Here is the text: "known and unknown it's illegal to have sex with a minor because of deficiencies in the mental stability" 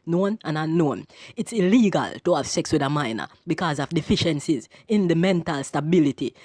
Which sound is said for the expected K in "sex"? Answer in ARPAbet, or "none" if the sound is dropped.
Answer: K